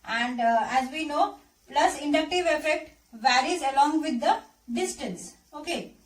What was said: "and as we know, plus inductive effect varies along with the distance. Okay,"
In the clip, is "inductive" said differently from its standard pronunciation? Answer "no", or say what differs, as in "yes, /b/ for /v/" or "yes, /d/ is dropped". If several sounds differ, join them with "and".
no